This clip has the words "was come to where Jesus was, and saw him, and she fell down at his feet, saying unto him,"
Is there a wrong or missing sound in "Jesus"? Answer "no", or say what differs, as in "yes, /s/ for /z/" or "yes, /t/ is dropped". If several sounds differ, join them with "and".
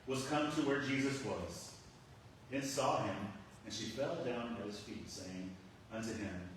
no